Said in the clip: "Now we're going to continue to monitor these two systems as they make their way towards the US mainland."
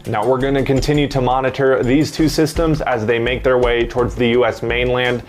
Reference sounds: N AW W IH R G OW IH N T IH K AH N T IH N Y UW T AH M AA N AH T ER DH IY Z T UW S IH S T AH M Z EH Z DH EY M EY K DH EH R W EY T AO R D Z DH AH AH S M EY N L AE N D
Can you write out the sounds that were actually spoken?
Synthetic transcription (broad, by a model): N AW W IH R G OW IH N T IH K AH N T IH N Y UW T AH M AA N AH T ER DH IY Z T UW S IH S T AH M Z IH Z DH EY M EY K DH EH R W EY T AO R D Z DH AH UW S M EY N L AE N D